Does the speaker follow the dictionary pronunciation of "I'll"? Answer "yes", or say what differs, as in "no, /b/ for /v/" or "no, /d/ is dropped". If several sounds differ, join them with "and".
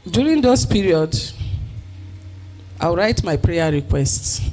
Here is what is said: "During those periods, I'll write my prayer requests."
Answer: no, /w/ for /l/